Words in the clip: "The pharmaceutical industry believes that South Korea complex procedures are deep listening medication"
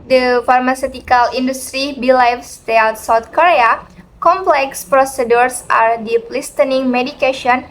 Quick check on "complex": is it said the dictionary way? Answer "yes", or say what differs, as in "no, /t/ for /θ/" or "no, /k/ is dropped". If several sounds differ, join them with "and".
yes